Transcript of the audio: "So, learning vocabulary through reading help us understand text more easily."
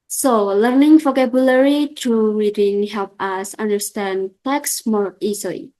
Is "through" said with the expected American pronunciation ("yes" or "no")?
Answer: no